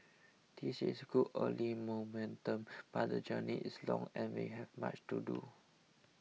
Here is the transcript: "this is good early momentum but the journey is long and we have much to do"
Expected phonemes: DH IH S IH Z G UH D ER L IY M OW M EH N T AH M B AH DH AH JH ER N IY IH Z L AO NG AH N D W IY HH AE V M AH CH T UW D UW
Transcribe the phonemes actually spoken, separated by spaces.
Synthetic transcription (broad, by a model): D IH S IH S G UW ER L IY M OW M EH N T AH M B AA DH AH JH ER N IY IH S L AO NG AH N W IY HH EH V M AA CH T UW D UW